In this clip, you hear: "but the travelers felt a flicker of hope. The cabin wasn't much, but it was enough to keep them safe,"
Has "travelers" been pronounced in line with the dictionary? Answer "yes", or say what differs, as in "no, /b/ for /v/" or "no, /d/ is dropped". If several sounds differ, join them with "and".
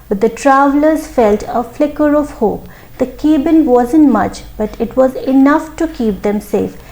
yes